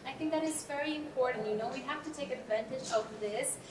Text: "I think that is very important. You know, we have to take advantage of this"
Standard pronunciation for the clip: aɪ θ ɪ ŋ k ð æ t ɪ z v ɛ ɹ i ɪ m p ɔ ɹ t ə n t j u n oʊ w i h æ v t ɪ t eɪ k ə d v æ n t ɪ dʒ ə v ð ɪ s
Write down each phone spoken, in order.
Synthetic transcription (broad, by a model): aɪ θ ɪ ŋ k ð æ t ɪ z v ɛ ɹ i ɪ m p ɔ ɹ t n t j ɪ n oʊ w i h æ f t ɪ t eɪ k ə d v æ n t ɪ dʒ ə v ð ɪ s